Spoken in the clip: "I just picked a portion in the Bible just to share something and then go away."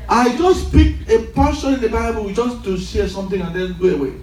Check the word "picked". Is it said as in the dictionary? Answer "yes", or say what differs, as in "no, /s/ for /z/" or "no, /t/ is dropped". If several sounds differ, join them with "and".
no, /t/ is dropped